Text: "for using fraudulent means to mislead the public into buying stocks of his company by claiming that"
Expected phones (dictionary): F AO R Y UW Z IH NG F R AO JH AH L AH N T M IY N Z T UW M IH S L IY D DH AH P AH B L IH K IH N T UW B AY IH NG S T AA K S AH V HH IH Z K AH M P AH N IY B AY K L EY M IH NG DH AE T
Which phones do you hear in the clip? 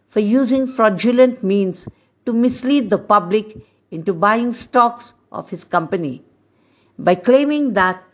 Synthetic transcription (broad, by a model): F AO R Y UW Z IH NG F R AO JH AH L AH N T M IY N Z T UW M IH S L IY D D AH P AH B L IH K IH N T UW B AY IH NG S T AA K S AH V HH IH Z K AH M P AH N IY B AY K L EY M IH NG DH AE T